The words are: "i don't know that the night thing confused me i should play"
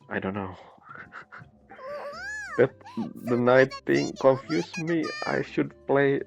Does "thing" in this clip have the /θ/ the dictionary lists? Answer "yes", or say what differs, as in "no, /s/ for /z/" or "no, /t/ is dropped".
no, /t/ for /θ/